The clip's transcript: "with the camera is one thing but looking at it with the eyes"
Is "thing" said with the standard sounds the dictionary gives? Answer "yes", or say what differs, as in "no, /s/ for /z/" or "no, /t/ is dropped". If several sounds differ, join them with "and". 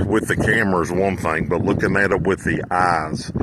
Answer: yes